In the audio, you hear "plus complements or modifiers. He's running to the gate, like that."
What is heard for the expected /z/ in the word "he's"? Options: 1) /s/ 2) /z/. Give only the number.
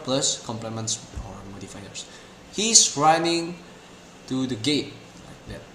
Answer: 1